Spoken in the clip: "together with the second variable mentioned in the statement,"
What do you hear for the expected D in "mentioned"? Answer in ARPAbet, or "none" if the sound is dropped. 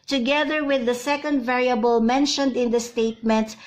D